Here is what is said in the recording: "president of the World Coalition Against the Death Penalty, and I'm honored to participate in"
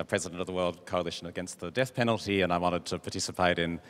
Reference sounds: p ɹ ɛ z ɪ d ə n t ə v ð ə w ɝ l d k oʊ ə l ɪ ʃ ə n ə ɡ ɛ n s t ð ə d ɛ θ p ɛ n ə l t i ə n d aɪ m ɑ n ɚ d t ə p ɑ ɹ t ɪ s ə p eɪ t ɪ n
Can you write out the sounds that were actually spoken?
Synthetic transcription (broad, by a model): p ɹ ɛ z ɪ d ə n t ə v ð ə w ɝ l d k oʊ ə l ɪ ʃ ə n ə ɡ ɛ n s t ð ə d ɛ θ p ɛ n l t i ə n aɪ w ɑ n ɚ d t ə p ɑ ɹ t ɪ s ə p eɪ t ɪ n